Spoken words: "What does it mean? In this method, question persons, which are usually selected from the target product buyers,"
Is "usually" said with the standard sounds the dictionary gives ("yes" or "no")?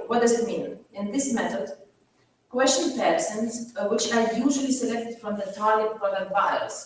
yes